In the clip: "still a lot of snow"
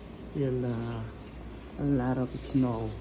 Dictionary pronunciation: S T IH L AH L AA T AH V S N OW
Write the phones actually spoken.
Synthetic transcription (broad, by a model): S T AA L AH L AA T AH P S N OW